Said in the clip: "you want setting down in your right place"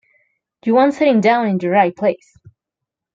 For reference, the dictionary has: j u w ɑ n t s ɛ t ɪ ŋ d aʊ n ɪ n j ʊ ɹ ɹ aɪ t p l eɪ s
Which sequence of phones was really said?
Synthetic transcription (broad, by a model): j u w ɑ n t s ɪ t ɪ ŋ d aʊ n ɪ n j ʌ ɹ ɹ aɪ t p l eɪ s